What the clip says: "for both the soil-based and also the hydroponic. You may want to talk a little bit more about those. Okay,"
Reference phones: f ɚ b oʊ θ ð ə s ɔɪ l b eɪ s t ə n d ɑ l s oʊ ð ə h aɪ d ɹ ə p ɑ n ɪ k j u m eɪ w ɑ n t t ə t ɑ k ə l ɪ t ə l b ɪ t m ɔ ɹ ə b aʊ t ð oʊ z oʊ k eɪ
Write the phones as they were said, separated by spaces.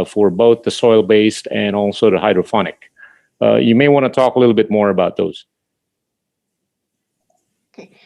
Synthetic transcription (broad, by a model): f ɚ b oʊ θ ð ə s ɔɪ l b eɪ s t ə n ɑ l s oʊ ð ə h aɪ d ɹ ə f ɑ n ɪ k j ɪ m eɪ w ɑ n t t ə t ɑ k ə l ɪ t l b ɪ t m ɔ ɹ ə b aʊ t ð oʊ z